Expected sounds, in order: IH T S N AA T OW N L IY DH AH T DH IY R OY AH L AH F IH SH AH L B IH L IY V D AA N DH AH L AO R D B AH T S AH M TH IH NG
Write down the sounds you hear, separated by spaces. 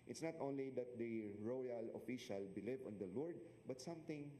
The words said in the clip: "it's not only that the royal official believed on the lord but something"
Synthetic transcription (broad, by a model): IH T S N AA T OW N L IY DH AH T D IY R OY AH L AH F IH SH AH L B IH L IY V AA N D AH L AO R D B AH T S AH M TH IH NG